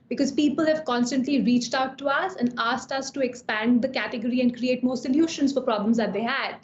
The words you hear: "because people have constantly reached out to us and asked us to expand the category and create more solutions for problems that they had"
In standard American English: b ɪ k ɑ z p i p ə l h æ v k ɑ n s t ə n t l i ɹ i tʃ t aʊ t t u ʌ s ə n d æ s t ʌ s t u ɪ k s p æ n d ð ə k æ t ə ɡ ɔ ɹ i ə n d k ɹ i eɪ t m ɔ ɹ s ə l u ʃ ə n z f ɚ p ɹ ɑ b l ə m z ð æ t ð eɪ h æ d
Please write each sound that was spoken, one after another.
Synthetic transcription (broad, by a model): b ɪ k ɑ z p i p ə l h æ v k ɑ n s t ə n t l i ɹ i tʃ t aʊ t t u ʌ s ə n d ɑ s t ʌ s t u ɪ k s p æ n d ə k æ t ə ɡ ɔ ɹ i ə n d k ɹ i eɪ t m ɔ ɹ s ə l u ʃ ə n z f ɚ p ɹ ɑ b l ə m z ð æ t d eɪ h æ d